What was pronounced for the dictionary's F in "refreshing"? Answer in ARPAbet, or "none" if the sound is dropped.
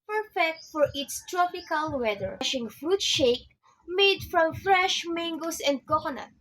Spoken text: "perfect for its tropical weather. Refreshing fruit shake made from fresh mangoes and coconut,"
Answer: none